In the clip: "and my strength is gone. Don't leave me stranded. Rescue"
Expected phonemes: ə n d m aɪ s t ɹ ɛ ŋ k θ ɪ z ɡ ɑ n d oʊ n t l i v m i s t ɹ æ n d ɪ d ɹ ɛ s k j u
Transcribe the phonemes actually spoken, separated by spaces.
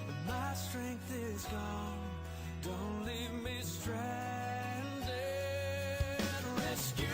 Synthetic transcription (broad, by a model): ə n m aɪ s t ɹ ɛ ŋ k θ ɪ z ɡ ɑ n d oʊ n t l i v m i s t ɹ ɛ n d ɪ ɹ ɛ s k j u